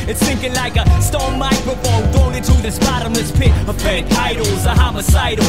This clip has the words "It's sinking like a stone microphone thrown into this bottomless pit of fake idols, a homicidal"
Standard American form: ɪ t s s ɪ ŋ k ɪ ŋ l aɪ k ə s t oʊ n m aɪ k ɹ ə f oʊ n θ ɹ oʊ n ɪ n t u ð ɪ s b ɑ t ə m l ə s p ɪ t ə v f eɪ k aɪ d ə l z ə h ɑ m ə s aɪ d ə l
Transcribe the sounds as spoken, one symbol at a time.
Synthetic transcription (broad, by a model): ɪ t s θ ɪ ŋ k ɪ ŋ l aɪ k ə s t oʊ m aɪ k ɹ ə f oʊ n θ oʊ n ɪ t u ð ɪ s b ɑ t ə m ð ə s p ɪ t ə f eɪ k aɪ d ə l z ə h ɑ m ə s aɪ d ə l